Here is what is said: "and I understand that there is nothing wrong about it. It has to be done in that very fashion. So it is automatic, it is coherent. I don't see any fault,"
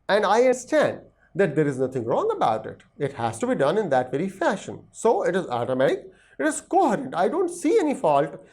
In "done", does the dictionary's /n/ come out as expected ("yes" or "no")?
yes